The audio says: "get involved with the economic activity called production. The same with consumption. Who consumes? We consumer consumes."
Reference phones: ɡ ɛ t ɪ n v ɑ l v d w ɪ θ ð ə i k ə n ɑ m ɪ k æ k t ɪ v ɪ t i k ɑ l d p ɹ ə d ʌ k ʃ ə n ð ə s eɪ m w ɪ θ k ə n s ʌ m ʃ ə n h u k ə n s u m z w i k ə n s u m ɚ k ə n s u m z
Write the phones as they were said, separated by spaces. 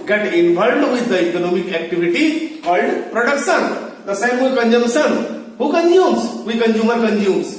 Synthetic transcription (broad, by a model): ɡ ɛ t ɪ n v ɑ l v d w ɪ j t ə i k ə n ɑ m ɪ k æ k t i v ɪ t i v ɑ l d p ɹ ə d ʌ k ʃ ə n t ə s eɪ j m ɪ k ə n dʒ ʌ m s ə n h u k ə n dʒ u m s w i k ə n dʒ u m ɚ k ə n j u m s